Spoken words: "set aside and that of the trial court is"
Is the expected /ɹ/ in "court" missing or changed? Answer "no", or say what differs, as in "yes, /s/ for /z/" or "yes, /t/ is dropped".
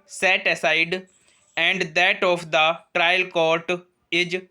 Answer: no